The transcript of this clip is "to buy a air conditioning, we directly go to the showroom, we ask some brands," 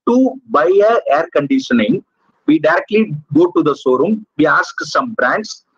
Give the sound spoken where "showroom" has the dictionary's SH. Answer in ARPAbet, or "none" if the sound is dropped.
S